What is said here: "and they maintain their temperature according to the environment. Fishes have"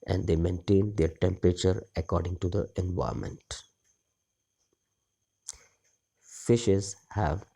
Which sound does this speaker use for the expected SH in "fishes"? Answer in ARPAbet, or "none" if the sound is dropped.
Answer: SH